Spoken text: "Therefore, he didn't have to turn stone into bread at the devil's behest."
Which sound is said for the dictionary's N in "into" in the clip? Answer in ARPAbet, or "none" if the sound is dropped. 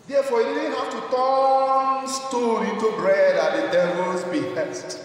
none